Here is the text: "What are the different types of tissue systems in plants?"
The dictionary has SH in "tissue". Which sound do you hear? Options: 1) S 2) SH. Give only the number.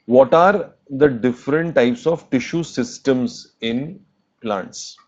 2